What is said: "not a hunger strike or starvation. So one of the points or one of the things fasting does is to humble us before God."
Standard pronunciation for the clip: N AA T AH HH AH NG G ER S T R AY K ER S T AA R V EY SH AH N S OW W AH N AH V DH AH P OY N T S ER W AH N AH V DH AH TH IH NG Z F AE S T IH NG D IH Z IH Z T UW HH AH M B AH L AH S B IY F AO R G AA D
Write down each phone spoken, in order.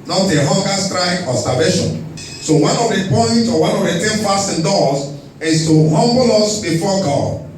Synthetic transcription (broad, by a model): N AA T AH HH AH NG G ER S T R AY K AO S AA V EY SH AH N S OW W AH N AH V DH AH P OY N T AO W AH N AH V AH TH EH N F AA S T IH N D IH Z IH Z T UW HH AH M B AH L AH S B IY F AO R G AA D